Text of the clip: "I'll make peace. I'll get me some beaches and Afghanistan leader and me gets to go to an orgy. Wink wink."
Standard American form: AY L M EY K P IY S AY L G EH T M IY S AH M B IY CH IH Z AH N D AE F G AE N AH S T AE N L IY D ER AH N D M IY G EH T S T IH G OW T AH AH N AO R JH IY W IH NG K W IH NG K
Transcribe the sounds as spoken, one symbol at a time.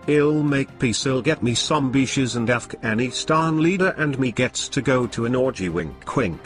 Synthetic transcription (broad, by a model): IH L M EY K P IY S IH L G EH T M IY S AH M B IY SH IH Z AH N D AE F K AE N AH S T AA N L IY D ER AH N M IY G EH T S T IH G OW T AH AH N AO R JH IY W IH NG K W IH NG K